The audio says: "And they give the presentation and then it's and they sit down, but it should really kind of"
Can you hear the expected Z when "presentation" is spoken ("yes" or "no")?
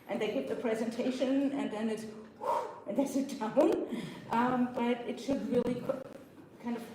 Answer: yes